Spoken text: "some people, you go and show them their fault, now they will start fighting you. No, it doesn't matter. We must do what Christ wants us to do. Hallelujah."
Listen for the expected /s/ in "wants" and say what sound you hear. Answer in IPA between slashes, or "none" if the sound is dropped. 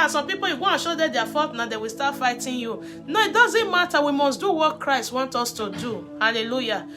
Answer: none